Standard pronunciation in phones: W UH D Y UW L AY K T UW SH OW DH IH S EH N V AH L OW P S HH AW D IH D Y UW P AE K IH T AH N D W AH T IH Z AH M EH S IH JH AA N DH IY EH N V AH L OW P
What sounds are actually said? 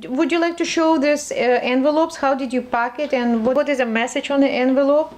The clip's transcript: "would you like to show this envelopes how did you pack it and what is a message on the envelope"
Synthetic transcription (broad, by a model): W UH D Y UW L AY K T UW SH OW DH IH S EH N V AH L OW P S HH AW D IH D Y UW P AE K IH T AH N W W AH T IH Z AH M EH S IH JH AA N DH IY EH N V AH L OW P